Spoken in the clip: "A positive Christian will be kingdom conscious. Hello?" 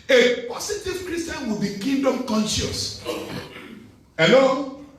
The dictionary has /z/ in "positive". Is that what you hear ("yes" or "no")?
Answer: no